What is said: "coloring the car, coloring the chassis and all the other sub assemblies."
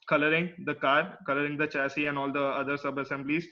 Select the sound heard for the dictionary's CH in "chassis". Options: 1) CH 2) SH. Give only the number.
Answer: 1